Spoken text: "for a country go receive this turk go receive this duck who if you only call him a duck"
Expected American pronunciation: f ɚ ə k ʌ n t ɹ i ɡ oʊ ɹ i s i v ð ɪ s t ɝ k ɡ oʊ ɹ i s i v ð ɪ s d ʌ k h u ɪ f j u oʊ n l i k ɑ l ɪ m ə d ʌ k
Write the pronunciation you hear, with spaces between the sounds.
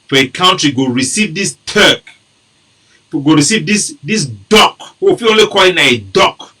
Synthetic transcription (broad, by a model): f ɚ ə k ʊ n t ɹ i ɡ oʊ ɹ i s i v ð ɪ s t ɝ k ɡ oʊ ɹ i s i v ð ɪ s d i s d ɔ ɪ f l oʊ n l i k ɑ l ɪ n ə d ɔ k